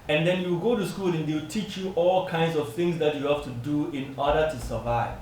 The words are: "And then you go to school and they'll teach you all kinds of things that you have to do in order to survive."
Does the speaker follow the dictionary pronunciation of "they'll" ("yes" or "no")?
no